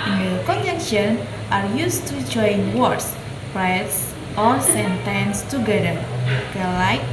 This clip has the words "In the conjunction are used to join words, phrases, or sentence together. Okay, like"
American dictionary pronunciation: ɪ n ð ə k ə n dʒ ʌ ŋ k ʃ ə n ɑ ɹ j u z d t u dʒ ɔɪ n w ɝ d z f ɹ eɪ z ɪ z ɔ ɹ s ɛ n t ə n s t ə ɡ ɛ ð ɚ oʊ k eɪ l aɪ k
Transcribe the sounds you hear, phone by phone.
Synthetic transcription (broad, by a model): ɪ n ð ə k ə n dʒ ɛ k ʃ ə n ɑ ɹ j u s t u dʒ ɔɪ n w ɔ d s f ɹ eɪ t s ɔ ɹ s ɛ n t ə n s t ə ɡ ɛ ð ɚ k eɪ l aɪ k